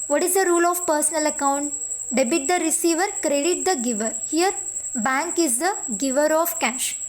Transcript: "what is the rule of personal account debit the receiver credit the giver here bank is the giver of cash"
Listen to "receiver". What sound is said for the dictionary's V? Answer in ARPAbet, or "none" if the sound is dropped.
V